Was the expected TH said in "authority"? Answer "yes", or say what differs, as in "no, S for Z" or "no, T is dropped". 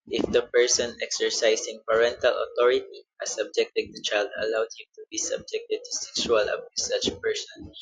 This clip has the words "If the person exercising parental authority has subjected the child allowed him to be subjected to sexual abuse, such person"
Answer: no, T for TH